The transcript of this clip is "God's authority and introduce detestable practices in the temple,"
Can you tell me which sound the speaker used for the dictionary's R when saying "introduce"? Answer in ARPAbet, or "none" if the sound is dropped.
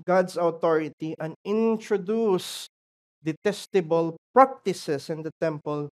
R